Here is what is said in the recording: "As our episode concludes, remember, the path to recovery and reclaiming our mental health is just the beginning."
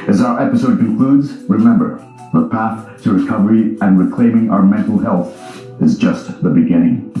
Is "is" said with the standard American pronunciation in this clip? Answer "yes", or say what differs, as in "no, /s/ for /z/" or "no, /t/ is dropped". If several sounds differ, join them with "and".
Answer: yes